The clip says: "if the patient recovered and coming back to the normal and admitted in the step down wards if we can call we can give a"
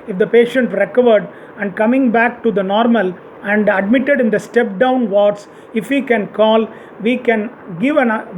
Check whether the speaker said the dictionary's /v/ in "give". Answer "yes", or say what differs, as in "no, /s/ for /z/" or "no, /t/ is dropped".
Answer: yes